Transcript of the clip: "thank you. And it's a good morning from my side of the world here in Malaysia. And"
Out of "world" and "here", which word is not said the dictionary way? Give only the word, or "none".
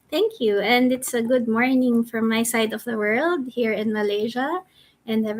none